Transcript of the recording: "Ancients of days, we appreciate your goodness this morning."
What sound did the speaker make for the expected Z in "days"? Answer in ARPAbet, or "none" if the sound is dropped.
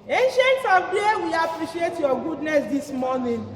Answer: none